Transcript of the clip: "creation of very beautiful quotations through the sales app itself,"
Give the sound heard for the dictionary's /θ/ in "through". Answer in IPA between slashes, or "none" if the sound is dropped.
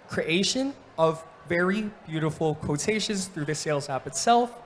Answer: /θ/